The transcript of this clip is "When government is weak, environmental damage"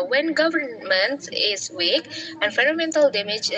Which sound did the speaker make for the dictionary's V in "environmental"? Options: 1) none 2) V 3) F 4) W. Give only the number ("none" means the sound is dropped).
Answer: 3